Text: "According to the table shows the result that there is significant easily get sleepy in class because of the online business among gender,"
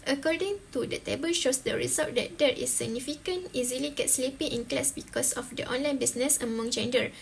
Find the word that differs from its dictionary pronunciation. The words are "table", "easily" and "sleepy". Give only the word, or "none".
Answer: none